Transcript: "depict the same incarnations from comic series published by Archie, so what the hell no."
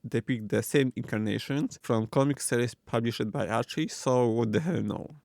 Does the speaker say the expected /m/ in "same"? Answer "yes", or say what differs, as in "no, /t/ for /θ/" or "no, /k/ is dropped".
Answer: yes